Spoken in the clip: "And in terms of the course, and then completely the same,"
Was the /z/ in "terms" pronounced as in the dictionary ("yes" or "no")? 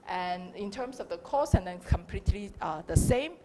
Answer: no